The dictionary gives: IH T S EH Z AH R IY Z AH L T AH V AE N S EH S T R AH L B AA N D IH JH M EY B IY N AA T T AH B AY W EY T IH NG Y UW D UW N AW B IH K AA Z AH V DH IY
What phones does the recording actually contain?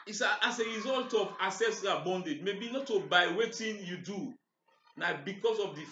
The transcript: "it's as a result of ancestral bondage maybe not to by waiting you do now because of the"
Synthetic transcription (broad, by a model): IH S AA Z AH R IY Z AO L T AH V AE S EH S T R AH B AA N D IH JH M EY B IY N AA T T AH B AY W EY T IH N Y UW D UW N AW B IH K AA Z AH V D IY